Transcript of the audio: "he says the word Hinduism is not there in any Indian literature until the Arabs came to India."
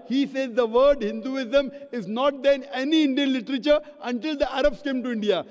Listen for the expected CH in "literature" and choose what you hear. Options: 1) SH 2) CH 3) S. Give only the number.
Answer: 2